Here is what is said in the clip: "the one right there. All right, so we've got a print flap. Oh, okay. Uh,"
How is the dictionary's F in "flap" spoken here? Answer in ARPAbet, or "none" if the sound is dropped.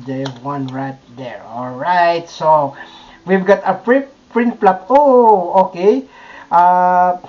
P